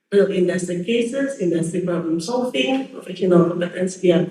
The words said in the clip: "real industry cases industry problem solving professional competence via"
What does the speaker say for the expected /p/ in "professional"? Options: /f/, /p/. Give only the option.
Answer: /f/